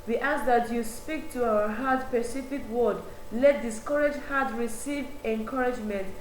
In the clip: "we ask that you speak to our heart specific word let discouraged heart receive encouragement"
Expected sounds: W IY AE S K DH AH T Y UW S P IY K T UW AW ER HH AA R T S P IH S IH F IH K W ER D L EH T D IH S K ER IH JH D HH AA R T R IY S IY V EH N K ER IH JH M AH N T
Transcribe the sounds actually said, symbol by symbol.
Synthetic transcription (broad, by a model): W IY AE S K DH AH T Y UW S P IY K T UW AW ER HH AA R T P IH S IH F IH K W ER D L EH T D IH S K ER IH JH HH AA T R IY S IY V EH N K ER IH JH M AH N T